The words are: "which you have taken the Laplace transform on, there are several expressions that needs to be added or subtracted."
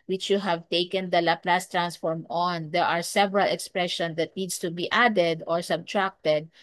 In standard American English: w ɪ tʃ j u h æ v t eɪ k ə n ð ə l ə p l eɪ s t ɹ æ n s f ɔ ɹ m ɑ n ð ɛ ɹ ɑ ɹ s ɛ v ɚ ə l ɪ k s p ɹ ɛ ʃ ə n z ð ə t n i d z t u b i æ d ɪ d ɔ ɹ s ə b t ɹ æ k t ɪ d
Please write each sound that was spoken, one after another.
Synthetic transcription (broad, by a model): w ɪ tʃ j u h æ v t eɪ k ə n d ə l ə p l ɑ s t ɹ æ n s f ɔ ɹ m ɑ n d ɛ ɹ ɑ ɹ s ɛ v ɚ ə l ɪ k s p ɹ ɛ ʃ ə n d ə t n i d s t u b i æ d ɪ d ɔ ɹ s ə b t ɹ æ k t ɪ d